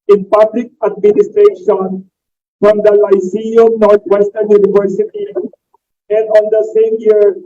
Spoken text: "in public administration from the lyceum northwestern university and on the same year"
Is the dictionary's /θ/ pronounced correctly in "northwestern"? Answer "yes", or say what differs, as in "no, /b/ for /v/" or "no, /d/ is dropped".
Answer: no, /t/ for /θ/